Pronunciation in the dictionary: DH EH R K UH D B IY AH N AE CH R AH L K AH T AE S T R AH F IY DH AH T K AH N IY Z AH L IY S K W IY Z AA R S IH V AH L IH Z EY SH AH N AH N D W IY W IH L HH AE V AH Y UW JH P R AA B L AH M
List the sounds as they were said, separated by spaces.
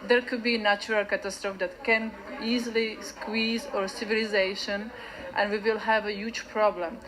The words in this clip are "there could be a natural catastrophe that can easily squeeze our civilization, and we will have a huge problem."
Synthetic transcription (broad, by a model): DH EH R K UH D B IY N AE CH R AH L K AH T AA S T R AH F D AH T K AH N IY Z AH L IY S K W IY Z AA R S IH V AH L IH Z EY SH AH N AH N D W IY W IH L HH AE V AH Y UW JH P R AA B L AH M